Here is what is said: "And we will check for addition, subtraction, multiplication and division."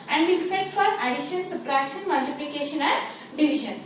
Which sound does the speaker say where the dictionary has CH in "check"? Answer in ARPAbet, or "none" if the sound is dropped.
S